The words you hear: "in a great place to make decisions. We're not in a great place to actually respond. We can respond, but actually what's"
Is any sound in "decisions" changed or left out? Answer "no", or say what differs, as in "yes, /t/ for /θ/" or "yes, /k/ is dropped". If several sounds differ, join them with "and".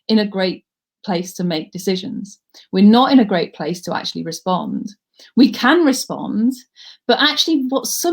no